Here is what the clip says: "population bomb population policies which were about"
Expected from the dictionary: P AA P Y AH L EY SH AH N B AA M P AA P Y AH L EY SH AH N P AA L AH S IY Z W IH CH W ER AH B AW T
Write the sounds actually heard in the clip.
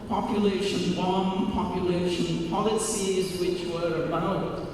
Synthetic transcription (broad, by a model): P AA P Y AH L EY SH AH N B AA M P AA P Y AH L EY SH AH N P AA L AH S IY Z W IH CH W ER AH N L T